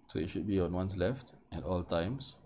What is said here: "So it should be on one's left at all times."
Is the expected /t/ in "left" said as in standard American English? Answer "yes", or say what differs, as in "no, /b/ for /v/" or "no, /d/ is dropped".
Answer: yes